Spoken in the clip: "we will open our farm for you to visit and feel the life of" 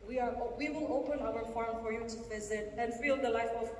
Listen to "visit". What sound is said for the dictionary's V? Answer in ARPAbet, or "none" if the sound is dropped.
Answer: V